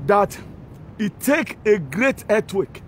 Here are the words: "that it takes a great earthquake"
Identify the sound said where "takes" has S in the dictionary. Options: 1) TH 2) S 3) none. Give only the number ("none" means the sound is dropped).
3